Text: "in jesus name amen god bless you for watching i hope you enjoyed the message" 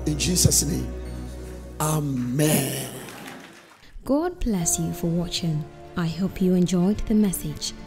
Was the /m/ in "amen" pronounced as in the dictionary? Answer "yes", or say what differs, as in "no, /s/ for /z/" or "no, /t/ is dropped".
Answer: yes